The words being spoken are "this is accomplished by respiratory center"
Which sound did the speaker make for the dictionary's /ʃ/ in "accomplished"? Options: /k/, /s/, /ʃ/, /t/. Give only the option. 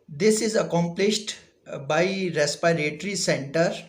/ʃ/